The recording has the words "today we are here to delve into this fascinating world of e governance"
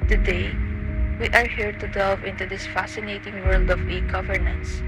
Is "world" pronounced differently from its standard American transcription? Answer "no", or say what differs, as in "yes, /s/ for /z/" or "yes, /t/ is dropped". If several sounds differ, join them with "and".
no